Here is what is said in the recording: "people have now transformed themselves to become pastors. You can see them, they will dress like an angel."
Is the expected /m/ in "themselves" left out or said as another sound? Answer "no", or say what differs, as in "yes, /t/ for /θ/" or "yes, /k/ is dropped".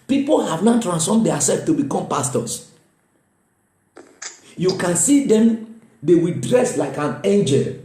yes, /m/ is dropped